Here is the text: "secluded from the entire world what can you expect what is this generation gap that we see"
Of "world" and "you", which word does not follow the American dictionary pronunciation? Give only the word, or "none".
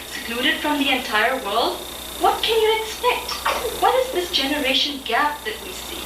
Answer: none